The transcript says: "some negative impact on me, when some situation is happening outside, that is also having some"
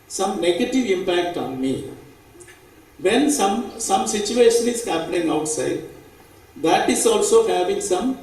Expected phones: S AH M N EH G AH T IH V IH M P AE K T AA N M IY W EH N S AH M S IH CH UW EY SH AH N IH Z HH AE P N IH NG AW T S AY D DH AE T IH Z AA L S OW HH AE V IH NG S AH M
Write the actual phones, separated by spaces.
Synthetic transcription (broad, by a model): S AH M N EH G AH T IH V IH M P AE K T AA N M IY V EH N S AH M S IH CH UW EY SH AH N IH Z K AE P L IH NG AW T S AY D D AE T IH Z AA L S OW HH AE V IH NG S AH M